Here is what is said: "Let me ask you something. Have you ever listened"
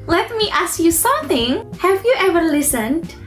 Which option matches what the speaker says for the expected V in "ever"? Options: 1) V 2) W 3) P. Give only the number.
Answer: 1